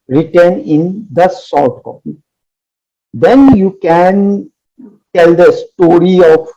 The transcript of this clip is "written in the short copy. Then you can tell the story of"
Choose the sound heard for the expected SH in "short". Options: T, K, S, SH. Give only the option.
S